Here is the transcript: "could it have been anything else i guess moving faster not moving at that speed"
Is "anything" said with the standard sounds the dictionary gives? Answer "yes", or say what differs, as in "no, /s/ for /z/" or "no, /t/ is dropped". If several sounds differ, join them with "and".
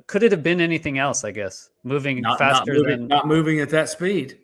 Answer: yes